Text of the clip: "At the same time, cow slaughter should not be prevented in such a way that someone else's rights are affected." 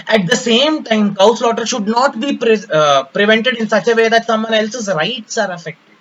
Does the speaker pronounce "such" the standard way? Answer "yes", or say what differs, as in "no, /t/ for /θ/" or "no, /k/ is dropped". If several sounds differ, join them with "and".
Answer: yes